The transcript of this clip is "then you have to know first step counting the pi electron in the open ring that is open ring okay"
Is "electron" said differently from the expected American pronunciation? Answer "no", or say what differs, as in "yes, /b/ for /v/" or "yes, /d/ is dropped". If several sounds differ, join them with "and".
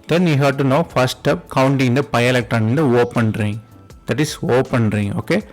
yes, /ɹ/ is dropped